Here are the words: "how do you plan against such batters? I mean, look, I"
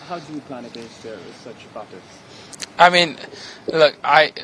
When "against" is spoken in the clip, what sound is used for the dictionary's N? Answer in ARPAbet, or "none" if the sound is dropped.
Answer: none